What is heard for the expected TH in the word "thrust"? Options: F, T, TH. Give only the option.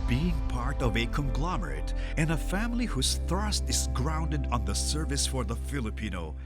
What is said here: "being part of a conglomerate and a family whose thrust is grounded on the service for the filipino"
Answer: TH